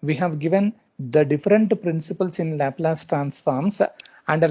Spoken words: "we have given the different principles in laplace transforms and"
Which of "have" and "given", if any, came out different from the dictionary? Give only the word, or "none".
none